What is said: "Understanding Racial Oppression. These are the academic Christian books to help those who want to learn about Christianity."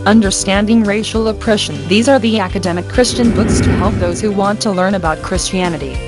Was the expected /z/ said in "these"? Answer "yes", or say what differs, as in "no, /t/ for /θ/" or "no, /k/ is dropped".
yes